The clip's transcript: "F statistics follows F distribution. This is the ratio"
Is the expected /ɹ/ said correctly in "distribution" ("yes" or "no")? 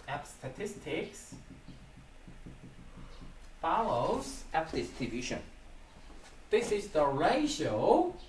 no